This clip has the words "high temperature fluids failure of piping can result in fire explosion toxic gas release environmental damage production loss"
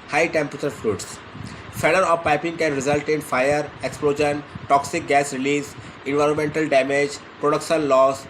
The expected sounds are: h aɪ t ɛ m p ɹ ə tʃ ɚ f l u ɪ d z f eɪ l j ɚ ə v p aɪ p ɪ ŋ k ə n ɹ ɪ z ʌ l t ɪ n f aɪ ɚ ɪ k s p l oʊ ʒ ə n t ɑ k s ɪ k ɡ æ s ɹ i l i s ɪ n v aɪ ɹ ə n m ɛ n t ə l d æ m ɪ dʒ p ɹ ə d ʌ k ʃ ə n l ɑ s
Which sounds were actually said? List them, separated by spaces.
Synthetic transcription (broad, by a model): h aɪ t ɛ m p ɹ ə tʃ ɚ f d u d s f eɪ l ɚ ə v p aɪ p ɪ ŋ k ə n ɹ ɪ z ʌ l t ɪ n f aɪ ɚ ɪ k s p l oʊ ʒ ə n t ɑ k s ɪ k ɡ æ s ɹ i l i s ɪ n v aɪ ɹ ə n m ɛ n t ə l d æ m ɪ dʒ p ɹ ə d ʌ k ʃ ə n l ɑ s